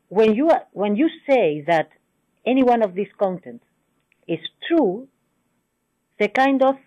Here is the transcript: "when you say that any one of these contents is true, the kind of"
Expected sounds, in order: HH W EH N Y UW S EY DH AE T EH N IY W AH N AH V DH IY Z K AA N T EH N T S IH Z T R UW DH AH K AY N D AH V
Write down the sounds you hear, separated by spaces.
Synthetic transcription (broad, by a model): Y W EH N Y UW S EY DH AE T EH N IY W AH N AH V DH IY S K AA N T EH N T IH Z T R UW DH AH K AY N D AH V